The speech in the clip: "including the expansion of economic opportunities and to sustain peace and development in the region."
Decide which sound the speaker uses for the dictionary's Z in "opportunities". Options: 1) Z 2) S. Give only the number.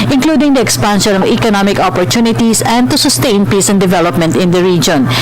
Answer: 2